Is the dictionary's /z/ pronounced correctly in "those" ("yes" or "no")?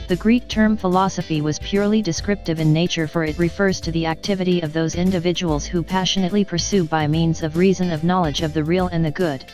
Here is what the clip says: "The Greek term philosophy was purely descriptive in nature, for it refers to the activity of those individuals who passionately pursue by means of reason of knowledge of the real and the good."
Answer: yes